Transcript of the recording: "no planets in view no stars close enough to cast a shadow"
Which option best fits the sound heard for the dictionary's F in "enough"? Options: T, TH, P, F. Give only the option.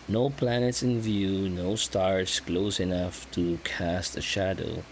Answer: F